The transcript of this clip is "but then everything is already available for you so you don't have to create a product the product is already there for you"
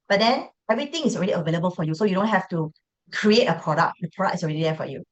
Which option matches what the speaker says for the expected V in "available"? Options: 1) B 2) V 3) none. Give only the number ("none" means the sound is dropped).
2